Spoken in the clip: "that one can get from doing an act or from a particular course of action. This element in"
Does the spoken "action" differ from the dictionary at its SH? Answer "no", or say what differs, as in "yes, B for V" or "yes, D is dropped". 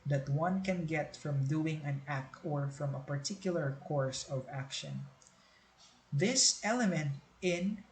no